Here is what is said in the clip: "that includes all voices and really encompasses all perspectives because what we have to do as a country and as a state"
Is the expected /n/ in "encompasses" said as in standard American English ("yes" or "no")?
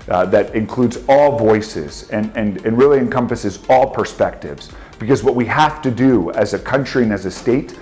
yes